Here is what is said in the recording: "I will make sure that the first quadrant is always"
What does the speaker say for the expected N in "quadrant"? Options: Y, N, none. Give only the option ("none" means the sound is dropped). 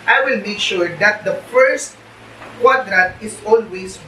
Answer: none